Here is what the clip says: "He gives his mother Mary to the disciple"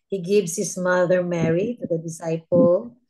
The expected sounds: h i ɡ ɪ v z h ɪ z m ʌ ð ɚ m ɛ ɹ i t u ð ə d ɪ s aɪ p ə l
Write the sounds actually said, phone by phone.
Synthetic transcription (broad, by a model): h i ɡ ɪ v s h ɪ s m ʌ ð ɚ m ɛ ɹ i t u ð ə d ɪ s aɪ p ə l